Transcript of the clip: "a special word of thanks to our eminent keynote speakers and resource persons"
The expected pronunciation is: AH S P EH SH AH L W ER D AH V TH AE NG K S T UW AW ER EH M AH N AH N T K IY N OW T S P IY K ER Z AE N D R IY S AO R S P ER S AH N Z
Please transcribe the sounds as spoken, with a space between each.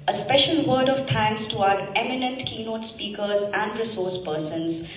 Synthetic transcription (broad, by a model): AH S P EH SH AH L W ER D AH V T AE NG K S T UW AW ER EH M AH N AH N T K IY N OW T S P IY K ER Z AE N D R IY S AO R S P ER S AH N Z